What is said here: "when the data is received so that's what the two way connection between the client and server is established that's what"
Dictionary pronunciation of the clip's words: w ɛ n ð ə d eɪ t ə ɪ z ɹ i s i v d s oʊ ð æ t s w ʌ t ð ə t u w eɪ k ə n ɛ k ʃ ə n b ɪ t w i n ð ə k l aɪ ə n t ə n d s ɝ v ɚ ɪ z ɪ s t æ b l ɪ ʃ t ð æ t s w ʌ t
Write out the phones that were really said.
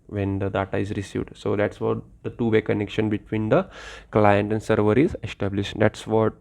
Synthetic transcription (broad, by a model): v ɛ n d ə d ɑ t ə ɪ z ɹ i s i v d s oʊ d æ t s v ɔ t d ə t u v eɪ k ə n ɛ k ʃ ə n b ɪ t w i n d ə k l aɪ ə n t ə n d s ɝ v ɚ ɪ z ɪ s t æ b l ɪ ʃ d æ t s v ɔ t